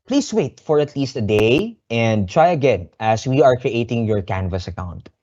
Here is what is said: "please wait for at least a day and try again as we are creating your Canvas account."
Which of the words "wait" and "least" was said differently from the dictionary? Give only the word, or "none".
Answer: none